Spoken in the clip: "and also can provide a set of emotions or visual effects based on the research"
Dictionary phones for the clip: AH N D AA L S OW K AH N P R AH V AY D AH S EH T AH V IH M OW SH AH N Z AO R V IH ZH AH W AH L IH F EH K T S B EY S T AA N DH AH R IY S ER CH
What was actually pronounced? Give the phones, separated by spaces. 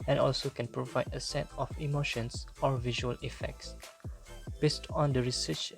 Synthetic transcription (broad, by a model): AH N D AA L S OW K AH N P R AH V AY D AH S EH T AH F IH M OW SH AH N S AO R V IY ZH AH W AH L IH F EH K T S B EY S T AA N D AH R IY S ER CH